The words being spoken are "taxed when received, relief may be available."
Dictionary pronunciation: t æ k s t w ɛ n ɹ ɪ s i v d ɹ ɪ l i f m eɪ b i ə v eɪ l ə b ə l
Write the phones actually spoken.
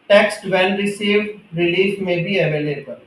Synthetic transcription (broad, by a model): t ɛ k s t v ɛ l ɹ ɪ s i v d ɹ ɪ l i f m eɪ b i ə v eɪ l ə b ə l